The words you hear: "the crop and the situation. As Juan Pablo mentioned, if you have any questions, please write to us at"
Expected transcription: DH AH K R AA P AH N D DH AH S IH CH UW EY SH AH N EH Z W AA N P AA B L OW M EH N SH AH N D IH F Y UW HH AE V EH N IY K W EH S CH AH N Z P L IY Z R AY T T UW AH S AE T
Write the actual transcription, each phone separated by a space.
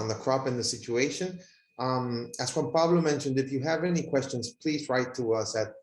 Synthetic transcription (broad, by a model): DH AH K R AA P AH N DH AH S IH CH UW EY SH AH N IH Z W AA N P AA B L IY M EH N SH AH N D IH F Y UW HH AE V EH N IY K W EH S CH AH N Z P L IY Z R AY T T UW AH S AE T